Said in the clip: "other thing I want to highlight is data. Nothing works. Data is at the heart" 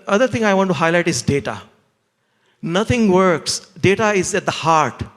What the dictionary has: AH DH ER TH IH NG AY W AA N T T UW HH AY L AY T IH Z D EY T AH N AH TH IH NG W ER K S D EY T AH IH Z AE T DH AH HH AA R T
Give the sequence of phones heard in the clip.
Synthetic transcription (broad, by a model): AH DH ER T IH NG AY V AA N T T UW HH AY L AY T IH Z D EY T AH N AH T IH NG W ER K S D EY T AH IH Z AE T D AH HH AA R T